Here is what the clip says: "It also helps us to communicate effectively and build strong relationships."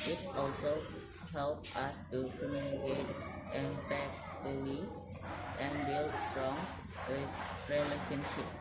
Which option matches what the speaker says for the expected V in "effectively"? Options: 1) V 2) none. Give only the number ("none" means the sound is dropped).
2